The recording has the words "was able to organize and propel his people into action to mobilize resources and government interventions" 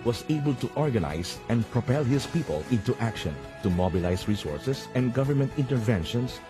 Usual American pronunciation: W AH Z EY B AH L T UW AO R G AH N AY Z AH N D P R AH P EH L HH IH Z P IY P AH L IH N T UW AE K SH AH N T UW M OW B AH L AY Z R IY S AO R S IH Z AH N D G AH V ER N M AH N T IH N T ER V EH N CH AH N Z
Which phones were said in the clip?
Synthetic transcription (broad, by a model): W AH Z EY B AH L T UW AO R G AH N AY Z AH N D P R AH P EH L HH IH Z P IY P AH L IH N T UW AE K SH AH N T UW M OW B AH L AY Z R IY S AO R S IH S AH N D G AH V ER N M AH N T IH N T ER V EH N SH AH N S